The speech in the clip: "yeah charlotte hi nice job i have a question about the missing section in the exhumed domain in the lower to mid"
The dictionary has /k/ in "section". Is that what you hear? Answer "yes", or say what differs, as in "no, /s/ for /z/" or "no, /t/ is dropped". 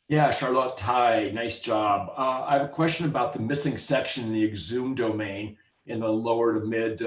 yes